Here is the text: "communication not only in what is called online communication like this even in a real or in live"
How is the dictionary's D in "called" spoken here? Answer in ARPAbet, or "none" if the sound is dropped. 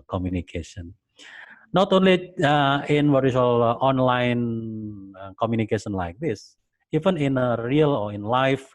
none